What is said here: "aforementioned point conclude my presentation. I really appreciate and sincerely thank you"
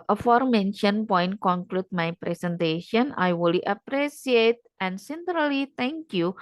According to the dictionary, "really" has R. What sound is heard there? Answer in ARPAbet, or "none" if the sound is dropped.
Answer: W